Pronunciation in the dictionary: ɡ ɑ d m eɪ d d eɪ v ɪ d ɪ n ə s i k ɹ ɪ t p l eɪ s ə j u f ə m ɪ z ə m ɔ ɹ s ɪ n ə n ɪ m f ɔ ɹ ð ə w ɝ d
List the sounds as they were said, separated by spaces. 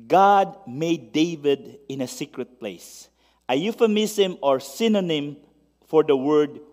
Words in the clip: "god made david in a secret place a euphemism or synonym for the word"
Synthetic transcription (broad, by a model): ɡ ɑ d m eɪ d d eɪ v ɪ d ɪ n ə s i k ɹ ɪ t p l eɪ s ə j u f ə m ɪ s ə m ɔ ɹ s ɪ n ə n ɪ m f ɔ ɹ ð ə w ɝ d